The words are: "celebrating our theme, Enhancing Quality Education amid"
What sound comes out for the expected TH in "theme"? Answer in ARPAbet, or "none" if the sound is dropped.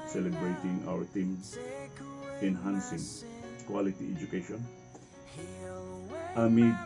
T